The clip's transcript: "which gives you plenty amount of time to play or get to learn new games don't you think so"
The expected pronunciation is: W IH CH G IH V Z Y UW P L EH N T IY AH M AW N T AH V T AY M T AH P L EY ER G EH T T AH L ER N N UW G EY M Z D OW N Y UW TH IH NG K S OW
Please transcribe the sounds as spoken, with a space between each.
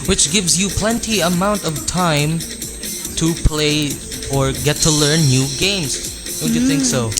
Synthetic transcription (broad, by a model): W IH CH G IH V Z Y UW P L EH N T IY AH M AW N T AH V T AY M T AH P L EY ER G EH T T AH L ER N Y UW G EY M Z D OW N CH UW TH IH NG K S OW